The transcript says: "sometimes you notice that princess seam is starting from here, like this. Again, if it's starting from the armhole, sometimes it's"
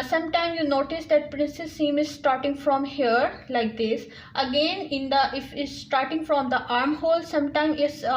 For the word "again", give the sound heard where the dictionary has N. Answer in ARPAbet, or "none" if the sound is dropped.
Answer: N